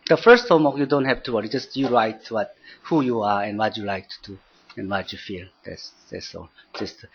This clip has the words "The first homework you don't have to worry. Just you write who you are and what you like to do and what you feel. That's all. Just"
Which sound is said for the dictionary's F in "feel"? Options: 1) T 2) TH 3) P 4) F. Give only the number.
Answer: 4